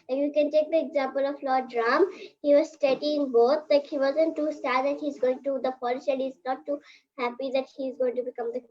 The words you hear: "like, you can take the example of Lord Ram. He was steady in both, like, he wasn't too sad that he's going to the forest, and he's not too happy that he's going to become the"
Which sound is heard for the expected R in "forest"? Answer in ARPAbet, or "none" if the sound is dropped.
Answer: L